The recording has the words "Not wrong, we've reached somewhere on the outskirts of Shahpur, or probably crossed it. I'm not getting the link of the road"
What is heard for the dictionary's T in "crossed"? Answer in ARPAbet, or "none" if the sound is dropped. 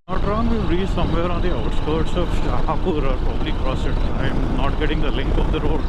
none